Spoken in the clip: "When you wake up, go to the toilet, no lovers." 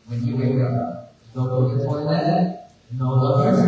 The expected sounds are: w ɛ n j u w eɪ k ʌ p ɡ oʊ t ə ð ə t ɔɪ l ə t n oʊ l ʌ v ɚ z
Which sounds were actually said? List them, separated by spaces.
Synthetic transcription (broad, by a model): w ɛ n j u w eɪ k ʌ p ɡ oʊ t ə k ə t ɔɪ n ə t n oʊ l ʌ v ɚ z